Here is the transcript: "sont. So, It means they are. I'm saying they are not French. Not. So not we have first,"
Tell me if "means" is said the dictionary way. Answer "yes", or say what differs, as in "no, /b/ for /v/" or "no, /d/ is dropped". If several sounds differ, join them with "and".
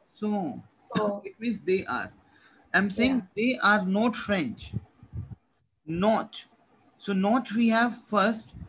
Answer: no, /n/ is dropped